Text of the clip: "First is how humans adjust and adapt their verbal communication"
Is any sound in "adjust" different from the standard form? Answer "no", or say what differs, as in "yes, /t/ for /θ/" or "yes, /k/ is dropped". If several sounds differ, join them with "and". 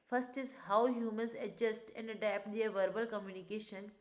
no